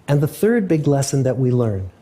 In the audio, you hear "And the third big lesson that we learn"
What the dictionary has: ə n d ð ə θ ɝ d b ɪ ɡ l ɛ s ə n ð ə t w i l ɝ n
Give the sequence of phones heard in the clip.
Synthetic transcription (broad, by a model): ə n ð ə θ ɝ d b ɪ ɡ l ɛ s ə n ð ə t w i l ɝ n